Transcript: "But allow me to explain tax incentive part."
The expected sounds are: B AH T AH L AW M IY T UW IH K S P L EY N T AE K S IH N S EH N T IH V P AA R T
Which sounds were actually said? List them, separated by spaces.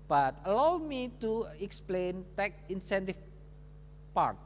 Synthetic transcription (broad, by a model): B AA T AH L AW M IY T UW IH K S P L EY N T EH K IH N S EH N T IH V P AA R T